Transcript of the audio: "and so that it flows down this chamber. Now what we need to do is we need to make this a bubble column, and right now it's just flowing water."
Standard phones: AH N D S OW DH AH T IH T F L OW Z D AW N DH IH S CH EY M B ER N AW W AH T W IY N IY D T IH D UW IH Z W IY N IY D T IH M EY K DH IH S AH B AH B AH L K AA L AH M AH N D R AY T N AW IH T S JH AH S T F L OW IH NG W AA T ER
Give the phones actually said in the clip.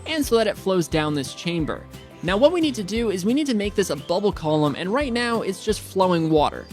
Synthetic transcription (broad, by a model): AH N S OW DH AH T IH T F L OW Z D AW N DH IH S CH EY M B ER N AW W AH T W IY N IY D T IH D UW IH Z W IY N IY D T IH M EY K DH IH S AH B AH B L K AA L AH M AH N R AY T N AW IH T S JH AH S T F L OW IH NG W AA T ER